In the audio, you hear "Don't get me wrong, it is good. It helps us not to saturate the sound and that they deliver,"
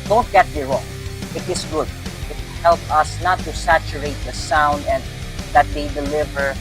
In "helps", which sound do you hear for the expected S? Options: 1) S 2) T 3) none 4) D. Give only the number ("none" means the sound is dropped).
3